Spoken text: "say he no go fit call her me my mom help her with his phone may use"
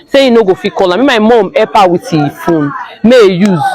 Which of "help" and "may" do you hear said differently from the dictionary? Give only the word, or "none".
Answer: help